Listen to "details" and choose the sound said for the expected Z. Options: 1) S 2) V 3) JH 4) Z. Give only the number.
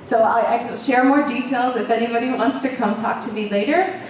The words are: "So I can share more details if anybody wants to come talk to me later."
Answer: 4